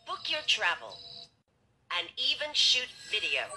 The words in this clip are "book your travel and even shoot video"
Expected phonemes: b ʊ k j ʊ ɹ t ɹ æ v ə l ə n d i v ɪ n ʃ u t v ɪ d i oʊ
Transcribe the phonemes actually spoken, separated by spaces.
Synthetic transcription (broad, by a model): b ʊ k j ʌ ɹ t ɹ æ v ə l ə n i v ɪ n ʃ u t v ɪ d i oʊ